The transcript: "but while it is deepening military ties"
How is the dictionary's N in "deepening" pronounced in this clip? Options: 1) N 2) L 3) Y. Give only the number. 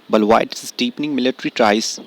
1